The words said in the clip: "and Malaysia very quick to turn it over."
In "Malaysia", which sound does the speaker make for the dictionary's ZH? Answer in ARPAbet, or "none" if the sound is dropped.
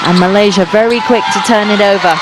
ZH